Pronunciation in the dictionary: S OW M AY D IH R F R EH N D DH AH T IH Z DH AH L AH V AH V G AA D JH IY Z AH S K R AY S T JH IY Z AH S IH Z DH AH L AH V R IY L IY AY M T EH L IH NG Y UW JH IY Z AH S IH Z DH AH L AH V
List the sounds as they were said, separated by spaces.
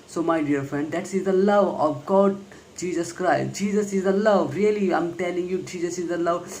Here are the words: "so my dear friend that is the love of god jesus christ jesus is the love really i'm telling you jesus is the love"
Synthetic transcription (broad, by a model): S OW M AY D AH R F R EH N D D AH T IH Z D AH L AH V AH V G AA D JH IY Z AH S K R AY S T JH IY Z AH S IH Z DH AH L AH V R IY L IY AY M T EH L IH NG Y UW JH IY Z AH S IH Z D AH L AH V